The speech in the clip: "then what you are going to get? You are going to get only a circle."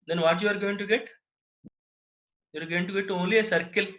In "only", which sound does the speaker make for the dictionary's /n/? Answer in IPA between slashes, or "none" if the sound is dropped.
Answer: none